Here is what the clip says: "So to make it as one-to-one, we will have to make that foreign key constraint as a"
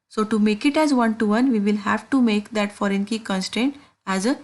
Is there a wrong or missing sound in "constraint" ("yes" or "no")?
yes